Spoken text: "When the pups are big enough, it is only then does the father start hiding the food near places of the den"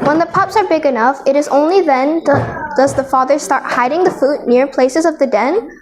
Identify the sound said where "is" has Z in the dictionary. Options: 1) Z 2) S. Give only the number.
1